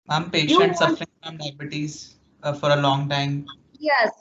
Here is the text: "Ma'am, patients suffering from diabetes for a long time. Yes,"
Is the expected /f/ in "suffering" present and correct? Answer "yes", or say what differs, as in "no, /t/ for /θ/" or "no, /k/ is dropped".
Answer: yes